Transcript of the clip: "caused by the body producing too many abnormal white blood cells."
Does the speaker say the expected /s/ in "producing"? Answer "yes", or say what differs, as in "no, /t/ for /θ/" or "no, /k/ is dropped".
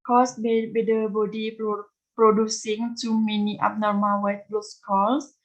yes